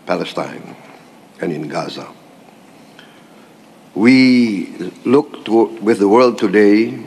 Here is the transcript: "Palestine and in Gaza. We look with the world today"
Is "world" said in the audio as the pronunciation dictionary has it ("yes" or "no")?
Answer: yes